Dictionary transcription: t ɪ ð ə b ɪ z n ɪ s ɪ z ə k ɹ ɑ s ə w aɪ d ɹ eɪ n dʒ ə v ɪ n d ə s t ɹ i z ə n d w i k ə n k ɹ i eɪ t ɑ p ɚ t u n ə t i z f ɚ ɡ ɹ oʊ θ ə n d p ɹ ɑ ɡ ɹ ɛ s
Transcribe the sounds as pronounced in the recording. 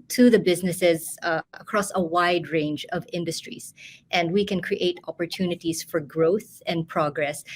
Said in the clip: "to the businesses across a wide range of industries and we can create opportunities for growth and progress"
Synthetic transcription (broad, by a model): t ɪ ð ə b ɪ z n ɪ s ɪ z ə k ɹ ɑ s ə w aɪ d ɹ eɪ n dʒ ə v ɪ n d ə s t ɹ i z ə n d w i k ə n k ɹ i eɪ t ɑ p ɚ t u n ə t i z f ɚ ɡ ɹ oʊ θ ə n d p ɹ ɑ ɡ ɹ ɛ s